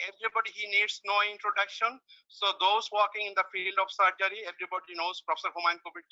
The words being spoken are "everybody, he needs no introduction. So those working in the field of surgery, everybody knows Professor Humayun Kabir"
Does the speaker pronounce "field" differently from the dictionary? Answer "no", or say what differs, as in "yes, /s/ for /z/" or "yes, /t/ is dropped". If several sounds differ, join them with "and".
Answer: no